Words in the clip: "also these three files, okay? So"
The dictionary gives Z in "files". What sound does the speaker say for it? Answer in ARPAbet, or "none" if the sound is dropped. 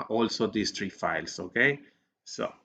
S